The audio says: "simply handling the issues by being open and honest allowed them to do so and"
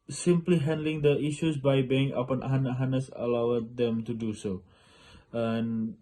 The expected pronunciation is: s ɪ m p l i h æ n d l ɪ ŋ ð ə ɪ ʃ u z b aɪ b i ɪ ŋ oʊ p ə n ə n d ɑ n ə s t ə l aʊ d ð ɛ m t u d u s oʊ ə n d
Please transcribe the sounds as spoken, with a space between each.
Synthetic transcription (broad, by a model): s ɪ m p l i h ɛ n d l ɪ ŋ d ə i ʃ u s b aɪ b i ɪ ŋ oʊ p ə n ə n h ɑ n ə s ə l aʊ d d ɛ m t u d u s oʊ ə n